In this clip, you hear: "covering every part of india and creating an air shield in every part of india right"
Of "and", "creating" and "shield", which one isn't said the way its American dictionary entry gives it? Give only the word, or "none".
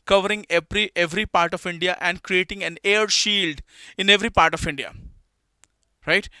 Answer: none